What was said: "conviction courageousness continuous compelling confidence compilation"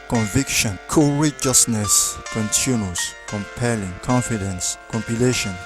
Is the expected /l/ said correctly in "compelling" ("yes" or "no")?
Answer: yes